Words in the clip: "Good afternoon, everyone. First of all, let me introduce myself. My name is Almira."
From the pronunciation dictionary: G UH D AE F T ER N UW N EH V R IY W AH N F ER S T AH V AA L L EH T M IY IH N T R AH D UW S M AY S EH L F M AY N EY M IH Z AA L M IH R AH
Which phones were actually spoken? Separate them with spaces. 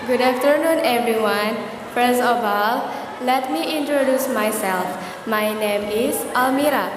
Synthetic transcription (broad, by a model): G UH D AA F T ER N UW N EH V R IY W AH N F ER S AH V AA L L EH T M IY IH N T R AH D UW S M AY S EH L F M AY N EY M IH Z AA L M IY R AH